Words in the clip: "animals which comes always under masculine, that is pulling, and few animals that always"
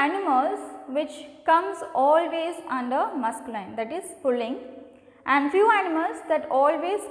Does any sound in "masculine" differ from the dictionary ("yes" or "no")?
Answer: yes